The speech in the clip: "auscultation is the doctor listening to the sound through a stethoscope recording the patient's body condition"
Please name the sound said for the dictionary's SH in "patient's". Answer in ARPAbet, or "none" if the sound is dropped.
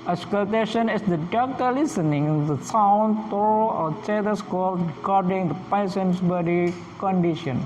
S